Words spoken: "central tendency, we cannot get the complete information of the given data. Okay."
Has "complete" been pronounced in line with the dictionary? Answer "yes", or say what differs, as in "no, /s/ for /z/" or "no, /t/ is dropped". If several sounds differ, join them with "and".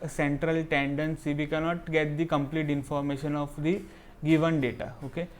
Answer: yes